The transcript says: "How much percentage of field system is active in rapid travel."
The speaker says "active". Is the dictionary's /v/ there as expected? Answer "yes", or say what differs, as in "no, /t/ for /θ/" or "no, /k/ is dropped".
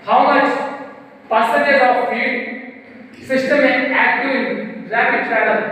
no, /v/ is dropped